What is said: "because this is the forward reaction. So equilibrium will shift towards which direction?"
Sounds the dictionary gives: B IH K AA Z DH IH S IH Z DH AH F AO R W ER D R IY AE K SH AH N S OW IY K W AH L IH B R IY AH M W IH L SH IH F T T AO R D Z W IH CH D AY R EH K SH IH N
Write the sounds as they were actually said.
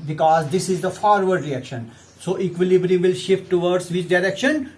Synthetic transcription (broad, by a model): B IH K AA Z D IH S IH Z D AH F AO R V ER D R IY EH K SH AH N S OW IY K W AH L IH B R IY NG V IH L SH IH F T T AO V D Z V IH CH D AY R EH K SH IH N